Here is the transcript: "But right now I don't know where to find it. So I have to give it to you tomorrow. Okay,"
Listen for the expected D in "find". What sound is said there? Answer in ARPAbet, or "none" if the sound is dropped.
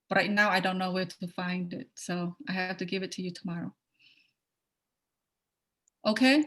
D